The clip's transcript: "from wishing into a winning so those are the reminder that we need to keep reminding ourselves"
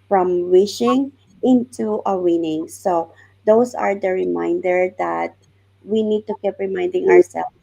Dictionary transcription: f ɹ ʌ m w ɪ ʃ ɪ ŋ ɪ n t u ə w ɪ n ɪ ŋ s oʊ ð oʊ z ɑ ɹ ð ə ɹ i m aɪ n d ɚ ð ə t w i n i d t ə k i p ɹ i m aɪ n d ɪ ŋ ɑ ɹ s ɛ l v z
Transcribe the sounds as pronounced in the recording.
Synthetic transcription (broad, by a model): f ɹ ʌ m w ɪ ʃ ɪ ŋ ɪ n t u ə w ɪ n ɪ ŋ s oʊ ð oʊ s ɑ ɹ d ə ɹ i m aɪ n d ɚ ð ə t w i n i d t ə k i p ɹ i m aɪ n d ɪ ŋ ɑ ɹ s ɛ l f